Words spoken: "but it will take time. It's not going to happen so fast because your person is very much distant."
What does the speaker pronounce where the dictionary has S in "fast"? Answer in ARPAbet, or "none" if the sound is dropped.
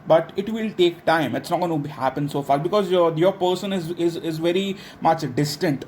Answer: none